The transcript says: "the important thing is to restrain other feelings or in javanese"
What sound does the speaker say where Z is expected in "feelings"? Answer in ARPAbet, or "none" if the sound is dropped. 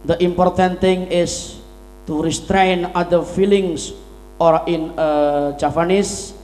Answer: S